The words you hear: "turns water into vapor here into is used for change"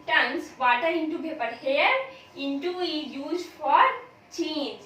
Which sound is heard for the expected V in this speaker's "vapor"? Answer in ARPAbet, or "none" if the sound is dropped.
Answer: P